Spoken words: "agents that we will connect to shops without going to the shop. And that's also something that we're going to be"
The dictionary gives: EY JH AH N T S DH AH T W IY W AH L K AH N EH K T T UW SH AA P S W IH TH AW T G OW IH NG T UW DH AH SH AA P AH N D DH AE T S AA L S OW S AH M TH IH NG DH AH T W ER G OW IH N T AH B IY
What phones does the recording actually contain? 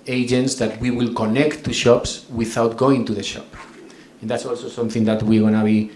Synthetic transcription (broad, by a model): EY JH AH N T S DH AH T W IY W AH L K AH N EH K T T UW SH AA P S W IH TH AW T G OW IH NG T UW DH AH SH AA P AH N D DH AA T S AA L S OW S AH M TH IH NG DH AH T W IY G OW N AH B IY